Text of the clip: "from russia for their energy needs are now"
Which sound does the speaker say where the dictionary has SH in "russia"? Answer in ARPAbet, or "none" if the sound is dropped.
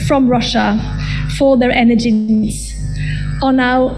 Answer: SH